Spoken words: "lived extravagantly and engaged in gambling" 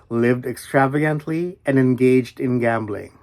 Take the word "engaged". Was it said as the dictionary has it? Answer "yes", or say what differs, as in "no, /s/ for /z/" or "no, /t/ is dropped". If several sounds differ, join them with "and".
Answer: yes